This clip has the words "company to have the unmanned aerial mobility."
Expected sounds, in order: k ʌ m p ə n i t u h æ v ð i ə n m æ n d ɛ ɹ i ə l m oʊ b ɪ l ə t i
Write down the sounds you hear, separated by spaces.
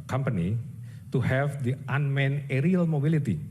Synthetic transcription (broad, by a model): k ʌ m p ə n i t u h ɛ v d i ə n m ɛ n ɛ ɹ i ə l m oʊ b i l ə t i